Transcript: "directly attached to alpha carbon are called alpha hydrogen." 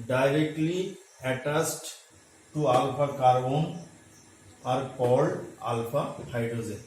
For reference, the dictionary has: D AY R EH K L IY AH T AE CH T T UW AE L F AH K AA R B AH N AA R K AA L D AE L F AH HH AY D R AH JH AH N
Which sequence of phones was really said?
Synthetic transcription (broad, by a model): D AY R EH K L IY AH T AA S T T UW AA L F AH K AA R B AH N AA R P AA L AA L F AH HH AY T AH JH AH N